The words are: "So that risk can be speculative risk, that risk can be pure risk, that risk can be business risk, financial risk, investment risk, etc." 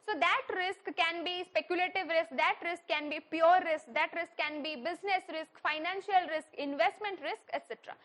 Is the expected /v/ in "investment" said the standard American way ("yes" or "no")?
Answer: yes